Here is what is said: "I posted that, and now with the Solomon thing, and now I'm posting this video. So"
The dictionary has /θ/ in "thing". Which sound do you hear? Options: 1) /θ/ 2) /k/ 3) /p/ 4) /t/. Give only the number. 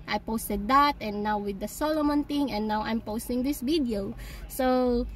4